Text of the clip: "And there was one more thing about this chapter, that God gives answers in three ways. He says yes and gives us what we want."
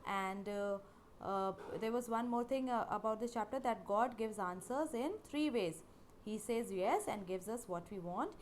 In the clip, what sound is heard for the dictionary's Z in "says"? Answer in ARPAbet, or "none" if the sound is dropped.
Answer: Z